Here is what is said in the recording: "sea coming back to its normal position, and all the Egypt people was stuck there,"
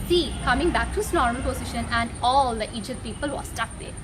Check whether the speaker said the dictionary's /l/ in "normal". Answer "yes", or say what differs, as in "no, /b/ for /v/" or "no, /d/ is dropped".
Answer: no, /n/ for /l/